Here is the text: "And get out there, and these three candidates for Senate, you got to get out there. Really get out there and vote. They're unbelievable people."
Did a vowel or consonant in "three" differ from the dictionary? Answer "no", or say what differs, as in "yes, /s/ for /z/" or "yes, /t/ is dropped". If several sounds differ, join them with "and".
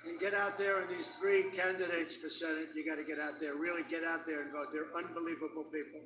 no